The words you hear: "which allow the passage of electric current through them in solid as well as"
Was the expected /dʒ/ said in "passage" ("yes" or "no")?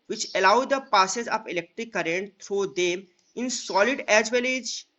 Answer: no